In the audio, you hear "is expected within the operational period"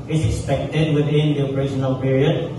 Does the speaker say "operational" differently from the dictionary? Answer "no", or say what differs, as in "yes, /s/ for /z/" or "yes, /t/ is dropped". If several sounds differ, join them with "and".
yes, /s/ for /ʃ/